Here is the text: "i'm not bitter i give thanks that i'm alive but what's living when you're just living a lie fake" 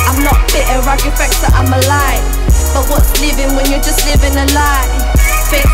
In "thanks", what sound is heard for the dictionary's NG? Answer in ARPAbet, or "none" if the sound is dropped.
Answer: none